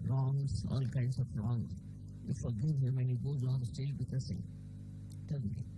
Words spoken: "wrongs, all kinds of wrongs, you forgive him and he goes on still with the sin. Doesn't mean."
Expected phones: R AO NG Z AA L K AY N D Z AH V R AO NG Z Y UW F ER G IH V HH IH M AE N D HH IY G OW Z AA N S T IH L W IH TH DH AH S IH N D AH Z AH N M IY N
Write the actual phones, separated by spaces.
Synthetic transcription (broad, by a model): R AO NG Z AA L K AY N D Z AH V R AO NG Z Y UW F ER G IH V HH IH M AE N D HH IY G OW Z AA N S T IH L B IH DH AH S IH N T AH L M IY